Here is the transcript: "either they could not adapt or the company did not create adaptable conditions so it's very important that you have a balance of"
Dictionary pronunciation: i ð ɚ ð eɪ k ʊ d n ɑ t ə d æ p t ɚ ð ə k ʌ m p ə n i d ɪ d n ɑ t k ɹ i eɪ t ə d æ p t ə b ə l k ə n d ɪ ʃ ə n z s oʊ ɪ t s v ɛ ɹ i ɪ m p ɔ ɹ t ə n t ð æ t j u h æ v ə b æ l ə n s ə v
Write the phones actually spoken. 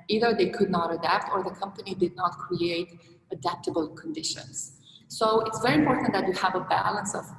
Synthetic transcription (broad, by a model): i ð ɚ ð eɪ k ʊ d n ɑ t ə d æ p t ɚ ð ə k ʌ m p ə n i d ɪ d n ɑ t k ɹ i eɪ t ə d æ p t ə b ə l k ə n d ɪ ʃ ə n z s oʊ ɪ t s v ɛ ɹ i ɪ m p ɔ ɹ t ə n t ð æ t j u h æ v ə b æ l ə n s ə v